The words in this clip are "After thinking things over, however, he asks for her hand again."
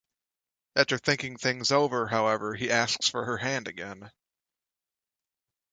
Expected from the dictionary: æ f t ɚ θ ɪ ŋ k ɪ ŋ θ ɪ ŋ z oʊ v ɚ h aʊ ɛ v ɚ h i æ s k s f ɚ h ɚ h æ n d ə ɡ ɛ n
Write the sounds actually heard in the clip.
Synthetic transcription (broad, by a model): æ t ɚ θ ɪ ŋ k ɪ ŋ θ ɪ ŋ z oʊ v ɚ h aʊ ɛ v ɚ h i æ s k s f ɚ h ɚ h æ n d ə ɡ ɛ n